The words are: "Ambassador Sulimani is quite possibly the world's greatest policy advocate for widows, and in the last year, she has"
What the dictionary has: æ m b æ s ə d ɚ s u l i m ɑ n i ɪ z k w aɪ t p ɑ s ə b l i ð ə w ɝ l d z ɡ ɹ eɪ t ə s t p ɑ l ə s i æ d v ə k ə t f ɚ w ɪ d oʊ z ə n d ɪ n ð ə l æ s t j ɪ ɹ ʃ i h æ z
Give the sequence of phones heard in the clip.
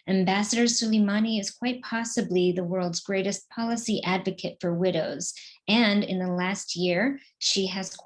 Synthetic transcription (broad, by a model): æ m b æ s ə d ɚ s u l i m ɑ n i ɪ z k w aɪ t p ɑ s ə b l i ð ə w ɝ l d z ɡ ɹ eɪ t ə s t p ɑ l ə s i æ d v ə k ə t f ɚ w ɪ d oʊ z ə n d ɪ n ð ə l æ s t j ɪ ɹ ʃ i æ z